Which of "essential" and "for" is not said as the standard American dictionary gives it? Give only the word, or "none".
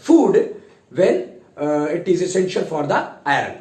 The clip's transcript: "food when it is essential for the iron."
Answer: none